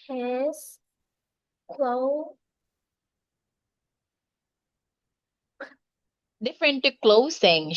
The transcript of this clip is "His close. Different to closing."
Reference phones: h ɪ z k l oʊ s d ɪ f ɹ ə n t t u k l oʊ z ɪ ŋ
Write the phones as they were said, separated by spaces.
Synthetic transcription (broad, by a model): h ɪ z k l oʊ d ɪ f ɹ ə n t t u k l oʊ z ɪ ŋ